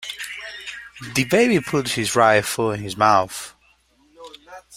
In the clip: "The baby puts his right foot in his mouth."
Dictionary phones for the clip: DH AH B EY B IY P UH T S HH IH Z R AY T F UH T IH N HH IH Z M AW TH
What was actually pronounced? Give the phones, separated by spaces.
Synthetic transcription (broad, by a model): DH AH B EY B IY P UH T HH IH Z R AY F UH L IH N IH Z M AW TH